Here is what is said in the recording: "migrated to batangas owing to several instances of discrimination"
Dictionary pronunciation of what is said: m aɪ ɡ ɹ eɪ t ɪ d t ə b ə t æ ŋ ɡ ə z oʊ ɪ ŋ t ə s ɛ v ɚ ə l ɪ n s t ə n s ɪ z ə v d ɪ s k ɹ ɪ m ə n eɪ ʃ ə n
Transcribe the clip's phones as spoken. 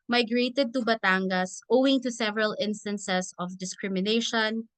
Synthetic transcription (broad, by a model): m aɪ ɡ ɹ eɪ t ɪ d t ə b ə t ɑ ŋ ɡ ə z oʊ ɪ ŋ t ə s ɛ v ɚ ə l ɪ n s t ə n s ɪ s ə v d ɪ s k ɹ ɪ m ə n eɪ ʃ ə n